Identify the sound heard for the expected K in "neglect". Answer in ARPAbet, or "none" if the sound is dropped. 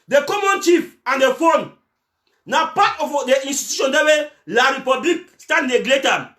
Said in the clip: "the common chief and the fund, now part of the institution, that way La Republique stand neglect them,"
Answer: none